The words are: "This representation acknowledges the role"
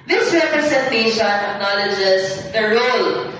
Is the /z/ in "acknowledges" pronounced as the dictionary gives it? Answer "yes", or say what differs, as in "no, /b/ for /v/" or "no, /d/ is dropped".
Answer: no, /s/ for /z/